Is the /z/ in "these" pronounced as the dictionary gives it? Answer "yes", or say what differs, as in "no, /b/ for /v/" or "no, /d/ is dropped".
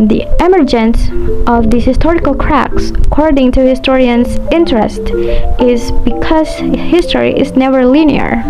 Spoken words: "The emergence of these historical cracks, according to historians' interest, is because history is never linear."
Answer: no, /z/ is dropped